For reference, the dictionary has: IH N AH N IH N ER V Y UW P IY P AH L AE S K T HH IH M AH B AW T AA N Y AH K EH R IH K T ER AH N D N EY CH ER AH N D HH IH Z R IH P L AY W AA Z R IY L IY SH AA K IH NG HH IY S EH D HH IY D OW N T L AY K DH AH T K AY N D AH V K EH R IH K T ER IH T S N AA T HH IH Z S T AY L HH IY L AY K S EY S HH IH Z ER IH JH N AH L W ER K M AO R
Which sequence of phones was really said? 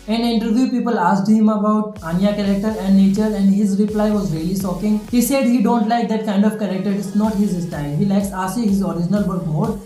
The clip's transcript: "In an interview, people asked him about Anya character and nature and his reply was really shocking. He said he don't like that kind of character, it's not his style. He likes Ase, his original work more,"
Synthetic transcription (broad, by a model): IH N AH N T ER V Y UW P IY P AH L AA S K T HH IH M AH B AW T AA N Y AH K EH R IH K T ER AH N D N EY CH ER AH N D HH IH Z R IH P L AY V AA Z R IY L IY S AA K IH NG HH IY S EH D HH IY D OW N T L AY K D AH T K AY N D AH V K EH R IH K T ER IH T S N AA T HH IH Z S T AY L HH IY L AY K S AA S HH IH Z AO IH JH N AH L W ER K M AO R